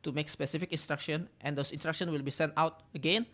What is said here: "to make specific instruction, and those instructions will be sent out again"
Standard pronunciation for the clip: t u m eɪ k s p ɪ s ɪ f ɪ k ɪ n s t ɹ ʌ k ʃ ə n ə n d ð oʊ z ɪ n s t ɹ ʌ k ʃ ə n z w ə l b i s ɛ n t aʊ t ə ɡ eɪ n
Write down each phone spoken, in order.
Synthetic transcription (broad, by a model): t u m eɪ k s p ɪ s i f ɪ k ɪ n s t ɹ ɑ k ʃ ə n ə n d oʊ s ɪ n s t ɹ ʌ k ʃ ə n w ə l b i s ɛ n t aʊ t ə ɡ eɪ n